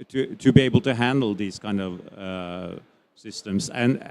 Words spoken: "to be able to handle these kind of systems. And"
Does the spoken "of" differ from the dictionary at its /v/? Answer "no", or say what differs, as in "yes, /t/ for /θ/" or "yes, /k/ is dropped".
no